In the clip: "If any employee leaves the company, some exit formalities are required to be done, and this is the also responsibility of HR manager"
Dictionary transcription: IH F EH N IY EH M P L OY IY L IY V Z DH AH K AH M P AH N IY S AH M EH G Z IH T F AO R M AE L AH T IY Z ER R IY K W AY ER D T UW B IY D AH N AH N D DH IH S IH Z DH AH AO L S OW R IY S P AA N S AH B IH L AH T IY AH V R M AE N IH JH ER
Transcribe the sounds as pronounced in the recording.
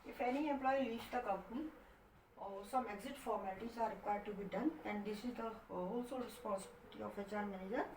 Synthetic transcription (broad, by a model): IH F EH N IY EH M P L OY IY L IY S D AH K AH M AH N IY S AH M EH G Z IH T F AO R M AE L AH T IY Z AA R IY K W AY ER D T UW B IY D AH N AH N D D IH S IH Z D AH AO L S OW L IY S P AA N S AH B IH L T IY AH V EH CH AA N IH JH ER